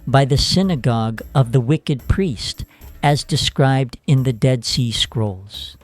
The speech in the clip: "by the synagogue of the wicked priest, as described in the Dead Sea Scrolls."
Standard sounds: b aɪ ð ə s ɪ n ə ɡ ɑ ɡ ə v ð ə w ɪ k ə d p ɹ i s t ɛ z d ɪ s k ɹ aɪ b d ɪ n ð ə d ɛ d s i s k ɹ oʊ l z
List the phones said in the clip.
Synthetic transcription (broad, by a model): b aɪ ð ə s ɪ n ə ɡ ɑ ɡ ə v ð ə w ɪ k ə d p ɹ i s t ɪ z d ɪ s k ɹ aɪ b d ɪ n ð ə d ɛ d s i s k ɹ oʊ l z